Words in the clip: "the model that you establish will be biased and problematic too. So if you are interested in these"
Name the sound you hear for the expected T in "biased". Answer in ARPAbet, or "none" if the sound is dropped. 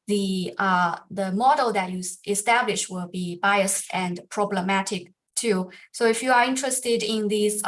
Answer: none